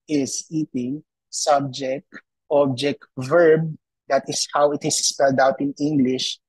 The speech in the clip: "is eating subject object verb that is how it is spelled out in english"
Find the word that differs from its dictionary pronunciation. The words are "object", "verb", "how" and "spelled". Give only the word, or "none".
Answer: none